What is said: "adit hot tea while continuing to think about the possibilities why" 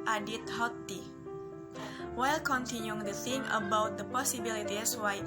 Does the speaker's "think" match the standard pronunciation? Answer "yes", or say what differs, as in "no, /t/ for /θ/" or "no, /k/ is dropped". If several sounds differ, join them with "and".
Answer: no, /k/ is dropped